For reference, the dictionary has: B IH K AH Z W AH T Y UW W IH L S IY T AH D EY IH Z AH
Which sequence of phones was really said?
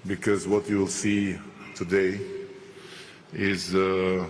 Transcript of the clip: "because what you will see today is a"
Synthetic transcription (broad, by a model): B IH K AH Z W AH T Y UW W IH L S IY T AH D EY IH Z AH